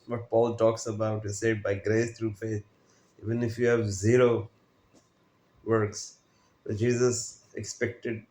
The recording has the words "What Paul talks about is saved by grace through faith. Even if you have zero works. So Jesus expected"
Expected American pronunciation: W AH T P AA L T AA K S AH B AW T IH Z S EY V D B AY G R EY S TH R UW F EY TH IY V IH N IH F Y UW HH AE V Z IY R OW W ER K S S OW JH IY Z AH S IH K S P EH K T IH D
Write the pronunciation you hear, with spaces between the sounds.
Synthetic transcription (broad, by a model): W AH T P AA L T AA K S AH B AW T IH Z S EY D B AY G R EY S T R UW F EY T IY V IH N IH F Y UW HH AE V Z IY R OW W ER K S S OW JH IY Z AH S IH K S P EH K T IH D